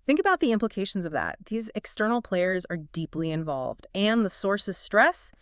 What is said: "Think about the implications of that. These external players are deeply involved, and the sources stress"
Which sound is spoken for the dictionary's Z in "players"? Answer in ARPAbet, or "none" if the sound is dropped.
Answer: Z